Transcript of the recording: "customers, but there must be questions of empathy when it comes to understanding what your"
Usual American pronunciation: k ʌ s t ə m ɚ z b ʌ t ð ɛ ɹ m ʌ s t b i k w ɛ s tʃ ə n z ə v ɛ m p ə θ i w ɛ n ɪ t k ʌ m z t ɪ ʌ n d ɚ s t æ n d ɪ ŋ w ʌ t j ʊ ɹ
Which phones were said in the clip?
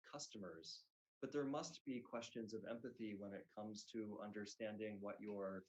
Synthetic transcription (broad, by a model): k ʌ s t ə m ɚ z b ʌ t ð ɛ ɹ m ʌ s t b i k w ɛ s tʃ ə n z ə v ɛ m p ə θ i w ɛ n ɪ t k ʌ m z t ɪ ʌ n d ɚ s t æ n d ɪ ŋ w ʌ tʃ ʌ ɹ